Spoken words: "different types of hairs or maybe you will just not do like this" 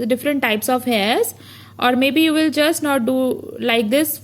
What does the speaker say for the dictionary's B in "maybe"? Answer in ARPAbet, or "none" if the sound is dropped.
B